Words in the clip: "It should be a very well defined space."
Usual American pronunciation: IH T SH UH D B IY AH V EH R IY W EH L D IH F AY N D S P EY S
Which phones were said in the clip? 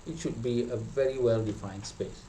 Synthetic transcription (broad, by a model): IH T SH UH D B IY AH V EH R IY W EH L D IH F AY N D S P EY S